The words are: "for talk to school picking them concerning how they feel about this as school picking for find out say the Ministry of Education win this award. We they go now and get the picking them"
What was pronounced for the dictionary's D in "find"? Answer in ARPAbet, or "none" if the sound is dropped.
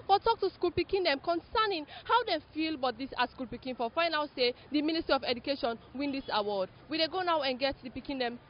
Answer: none